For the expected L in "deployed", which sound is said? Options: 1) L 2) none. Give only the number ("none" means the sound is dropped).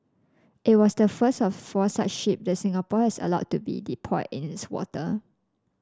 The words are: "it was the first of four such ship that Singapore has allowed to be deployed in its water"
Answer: 2